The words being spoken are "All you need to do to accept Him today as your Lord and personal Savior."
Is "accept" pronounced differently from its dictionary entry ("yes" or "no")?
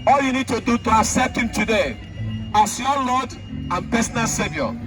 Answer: yes